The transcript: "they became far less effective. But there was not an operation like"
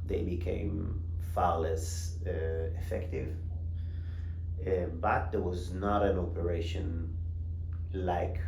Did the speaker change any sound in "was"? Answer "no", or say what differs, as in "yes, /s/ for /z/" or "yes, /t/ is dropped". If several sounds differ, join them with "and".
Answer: no